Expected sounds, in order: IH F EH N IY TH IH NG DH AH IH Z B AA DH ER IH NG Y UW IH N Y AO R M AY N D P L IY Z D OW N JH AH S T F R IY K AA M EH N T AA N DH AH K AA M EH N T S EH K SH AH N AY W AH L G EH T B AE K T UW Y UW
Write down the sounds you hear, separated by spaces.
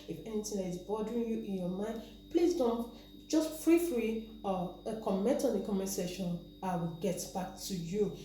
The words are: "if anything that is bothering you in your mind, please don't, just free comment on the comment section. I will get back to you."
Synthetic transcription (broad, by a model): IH F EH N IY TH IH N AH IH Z B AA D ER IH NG Y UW IH N Y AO M AY N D P L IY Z D OW N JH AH S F F R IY K AA M EH N T AA N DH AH K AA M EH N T S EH SH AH N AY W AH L G EH T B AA K T UW Y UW